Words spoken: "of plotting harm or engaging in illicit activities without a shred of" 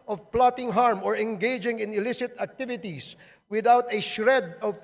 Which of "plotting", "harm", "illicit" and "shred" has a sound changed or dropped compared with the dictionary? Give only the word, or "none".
none